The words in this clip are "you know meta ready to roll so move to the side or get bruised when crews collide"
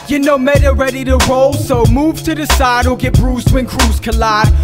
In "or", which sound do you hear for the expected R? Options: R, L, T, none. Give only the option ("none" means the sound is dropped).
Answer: L